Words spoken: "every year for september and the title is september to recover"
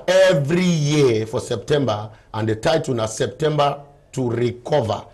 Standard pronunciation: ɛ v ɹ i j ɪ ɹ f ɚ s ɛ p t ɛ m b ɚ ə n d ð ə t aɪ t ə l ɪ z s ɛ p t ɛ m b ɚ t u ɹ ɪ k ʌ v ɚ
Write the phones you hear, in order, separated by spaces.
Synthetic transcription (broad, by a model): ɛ v ɹ i j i f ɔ s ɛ p t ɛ m b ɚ ə n d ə t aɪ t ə n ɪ s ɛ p t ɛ m b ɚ t u ɹ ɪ k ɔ v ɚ